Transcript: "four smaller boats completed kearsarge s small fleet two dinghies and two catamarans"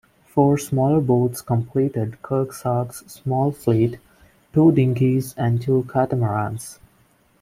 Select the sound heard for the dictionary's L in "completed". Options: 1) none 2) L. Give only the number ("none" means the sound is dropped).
2